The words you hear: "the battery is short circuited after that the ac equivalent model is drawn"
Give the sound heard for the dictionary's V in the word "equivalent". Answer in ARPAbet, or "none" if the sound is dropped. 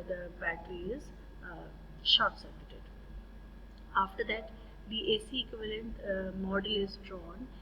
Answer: V